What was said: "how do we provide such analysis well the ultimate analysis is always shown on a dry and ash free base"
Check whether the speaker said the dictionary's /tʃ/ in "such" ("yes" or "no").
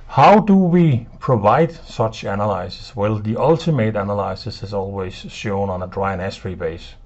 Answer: yes